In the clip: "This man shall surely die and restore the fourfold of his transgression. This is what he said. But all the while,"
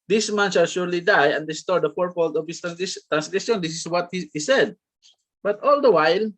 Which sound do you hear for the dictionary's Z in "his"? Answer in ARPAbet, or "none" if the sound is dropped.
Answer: S